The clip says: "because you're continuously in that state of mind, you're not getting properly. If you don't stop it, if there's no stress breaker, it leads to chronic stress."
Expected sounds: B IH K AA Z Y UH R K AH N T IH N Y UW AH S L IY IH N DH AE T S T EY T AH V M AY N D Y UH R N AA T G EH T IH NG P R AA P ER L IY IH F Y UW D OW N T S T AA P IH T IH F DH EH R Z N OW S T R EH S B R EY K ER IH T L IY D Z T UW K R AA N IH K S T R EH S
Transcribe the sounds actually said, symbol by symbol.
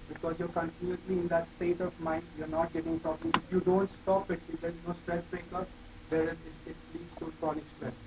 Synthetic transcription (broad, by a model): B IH K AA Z Y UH R K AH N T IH N Y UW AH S L IY IH N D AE T S T EY T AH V M AY N D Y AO R N AA T G EH T IH NG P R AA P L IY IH Y UW D OW N T S T AA P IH T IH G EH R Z N OW S T R EH S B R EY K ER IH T L IY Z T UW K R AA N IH K S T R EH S